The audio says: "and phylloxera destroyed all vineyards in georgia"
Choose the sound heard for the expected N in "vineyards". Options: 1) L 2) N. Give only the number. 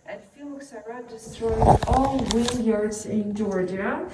1